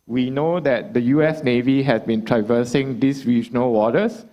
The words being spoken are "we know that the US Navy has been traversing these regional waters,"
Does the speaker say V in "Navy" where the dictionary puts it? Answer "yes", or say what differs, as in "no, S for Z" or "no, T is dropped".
yes